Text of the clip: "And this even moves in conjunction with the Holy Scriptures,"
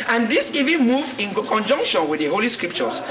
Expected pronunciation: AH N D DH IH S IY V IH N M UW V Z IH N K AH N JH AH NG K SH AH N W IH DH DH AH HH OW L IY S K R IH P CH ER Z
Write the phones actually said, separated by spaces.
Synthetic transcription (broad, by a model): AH N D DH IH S IY V IH N M UW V IH N K AH N JH AH NG K SH AH N W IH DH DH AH HH OW L IY S K R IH P CH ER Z